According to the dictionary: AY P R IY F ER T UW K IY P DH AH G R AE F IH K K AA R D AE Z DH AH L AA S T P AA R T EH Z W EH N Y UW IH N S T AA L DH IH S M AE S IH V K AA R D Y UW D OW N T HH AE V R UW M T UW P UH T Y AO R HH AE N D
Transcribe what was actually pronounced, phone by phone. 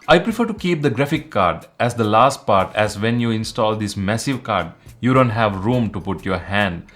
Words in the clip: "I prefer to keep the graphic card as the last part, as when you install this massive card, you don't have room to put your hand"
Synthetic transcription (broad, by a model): AY P R IY F ER T UW K IY P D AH G R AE F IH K K AA R D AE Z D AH L AA S T P AA R T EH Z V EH N Y UW IH N S T AA L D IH S M AE S IH V K AA R D Y UW D OW N T HH AE V R UW M T UW P UH T Y AO R HH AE N D